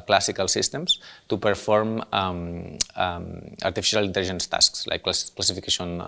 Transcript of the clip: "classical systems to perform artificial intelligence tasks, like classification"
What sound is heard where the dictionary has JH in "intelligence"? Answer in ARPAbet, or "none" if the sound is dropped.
ZH